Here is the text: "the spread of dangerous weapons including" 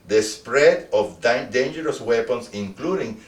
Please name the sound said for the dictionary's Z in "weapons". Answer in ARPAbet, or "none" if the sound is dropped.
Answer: S